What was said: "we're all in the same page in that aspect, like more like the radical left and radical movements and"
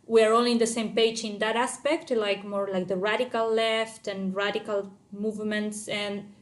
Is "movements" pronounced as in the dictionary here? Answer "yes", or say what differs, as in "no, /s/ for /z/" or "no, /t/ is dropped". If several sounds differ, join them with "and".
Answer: yes